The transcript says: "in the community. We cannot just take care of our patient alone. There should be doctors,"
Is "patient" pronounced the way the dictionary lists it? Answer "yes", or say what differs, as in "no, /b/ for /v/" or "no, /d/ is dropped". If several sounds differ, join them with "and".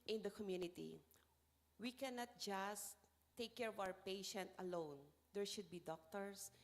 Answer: yes